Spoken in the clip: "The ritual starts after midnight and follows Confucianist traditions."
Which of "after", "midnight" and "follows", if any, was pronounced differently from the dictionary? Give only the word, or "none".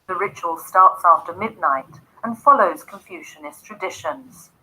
none